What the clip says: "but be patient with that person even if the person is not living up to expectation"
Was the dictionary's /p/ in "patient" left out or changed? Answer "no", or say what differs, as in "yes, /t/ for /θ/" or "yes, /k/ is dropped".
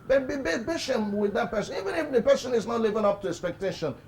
yes, /b/ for /p/